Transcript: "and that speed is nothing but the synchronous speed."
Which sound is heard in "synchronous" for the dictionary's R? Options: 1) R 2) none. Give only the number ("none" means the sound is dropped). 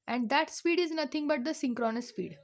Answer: 1